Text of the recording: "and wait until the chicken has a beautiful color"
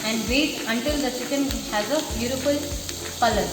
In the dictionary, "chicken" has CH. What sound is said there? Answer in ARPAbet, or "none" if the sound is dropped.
S